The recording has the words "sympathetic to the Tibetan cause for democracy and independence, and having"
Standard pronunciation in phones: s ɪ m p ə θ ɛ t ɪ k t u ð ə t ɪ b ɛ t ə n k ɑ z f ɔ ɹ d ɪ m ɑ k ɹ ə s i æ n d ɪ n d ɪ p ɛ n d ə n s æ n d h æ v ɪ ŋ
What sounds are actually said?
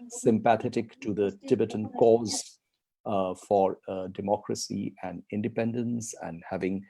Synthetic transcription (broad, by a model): s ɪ m p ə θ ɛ t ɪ k t u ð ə t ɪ b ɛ t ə n k ɑ z f ɔ ɹ d ɪ m ɑ k ɹ ə s i æ n d ɪ n d ɪ p ɛ n d ə n s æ n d h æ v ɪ ŋ